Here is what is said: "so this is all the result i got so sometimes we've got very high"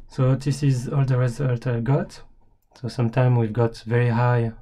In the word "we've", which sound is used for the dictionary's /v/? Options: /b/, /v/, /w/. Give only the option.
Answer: /v/